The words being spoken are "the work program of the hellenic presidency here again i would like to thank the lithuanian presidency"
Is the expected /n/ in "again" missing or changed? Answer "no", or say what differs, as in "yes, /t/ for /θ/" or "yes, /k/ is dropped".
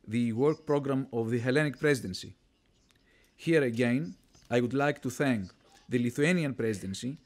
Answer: no